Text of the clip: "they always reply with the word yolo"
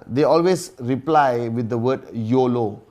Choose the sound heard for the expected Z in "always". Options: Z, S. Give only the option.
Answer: S